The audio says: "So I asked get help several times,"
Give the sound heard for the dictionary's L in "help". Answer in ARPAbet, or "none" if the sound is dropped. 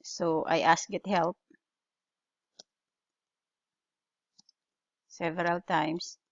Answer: L